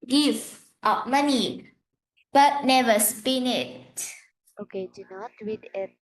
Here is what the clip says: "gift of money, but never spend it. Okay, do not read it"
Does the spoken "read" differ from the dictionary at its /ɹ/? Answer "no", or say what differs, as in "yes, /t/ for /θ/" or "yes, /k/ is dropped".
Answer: yes, /w/ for /ɹ/